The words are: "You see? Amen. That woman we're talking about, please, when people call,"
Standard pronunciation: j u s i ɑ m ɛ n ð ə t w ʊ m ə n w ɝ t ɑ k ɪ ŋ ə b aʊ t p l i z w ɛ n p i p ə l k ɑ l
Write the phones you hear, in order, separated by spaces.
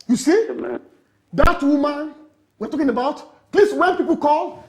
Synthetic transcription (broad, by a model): j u s i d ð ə t w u m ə n w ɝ t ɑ k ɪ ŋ ə b aʊ t p l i s w ɛ n p i p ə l k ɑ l